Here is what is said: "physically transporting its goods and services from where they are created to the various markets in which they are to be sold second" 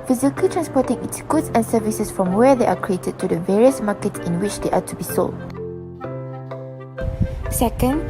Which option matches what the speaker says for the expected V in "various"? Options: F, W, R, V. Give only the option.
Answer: V